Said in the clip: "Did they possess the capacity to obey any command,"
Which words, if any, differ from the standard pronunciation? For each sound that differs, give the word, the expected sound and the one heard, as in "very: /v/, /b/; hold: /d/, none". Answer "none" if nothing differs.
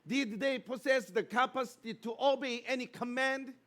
possess: /z/, /s/